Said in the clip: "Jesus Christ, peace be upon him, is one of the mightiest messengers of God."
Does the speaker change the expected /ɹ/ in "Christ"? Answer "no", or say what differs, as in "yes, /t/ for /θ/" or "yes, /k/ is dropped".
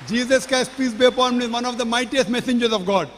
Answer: yes, /ɹ/ is dropped